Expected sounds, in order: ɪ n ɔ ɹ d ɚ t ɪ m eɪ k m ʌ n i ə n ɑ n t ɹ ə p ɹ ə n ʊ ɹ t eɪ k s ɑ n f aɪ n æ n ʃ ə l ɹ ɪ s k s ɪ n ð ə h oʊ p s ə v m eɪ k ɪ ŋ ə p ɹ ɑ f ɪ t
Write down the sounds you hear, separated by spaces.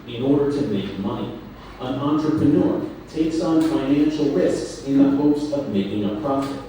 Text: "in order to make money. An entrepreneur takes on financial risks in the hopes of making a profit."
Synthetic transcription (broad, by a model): ɪ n ɔ ɹ d ɚ t ɪ m eɪ k m ʌ n i ə n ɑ n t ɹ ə p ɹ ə n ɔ ɹ t eɪ k s n f aɪ n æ n ʃ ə l ɹ ɪ s k s ɪ n ð ə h oʊ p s ə v m eɪ k ɪ ŋ ə p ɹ ɑ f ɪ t